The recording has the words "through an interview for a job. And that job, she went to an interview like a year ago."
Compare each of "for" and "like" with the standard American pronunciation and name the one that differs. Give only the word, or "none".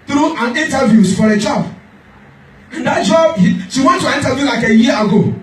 none